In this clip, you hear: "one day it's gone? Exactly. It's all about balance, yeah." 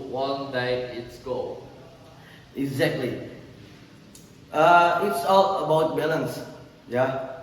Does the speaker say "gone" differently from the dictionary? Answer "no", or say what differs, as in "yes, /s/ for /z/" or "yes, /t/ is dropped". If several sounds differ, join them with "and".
yes, /n/ is dropped